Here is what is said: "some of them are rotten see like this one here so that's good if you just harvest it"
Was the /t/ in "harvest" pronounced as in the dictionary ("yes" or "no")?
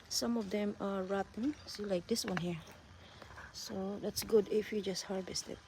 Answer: yes